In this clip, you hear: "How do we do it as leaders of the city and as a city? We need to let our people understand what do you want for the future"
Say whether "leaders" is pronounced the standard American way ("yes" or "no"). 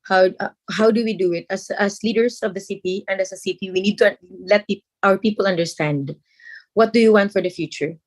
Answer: no